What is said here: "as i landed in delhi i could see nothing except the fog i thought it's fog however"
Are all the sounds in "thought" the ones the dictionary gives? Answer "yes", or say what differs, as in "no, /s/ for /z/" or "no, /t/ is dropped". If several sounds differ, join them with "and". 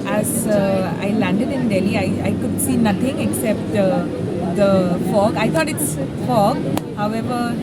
no, /t/ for /θ/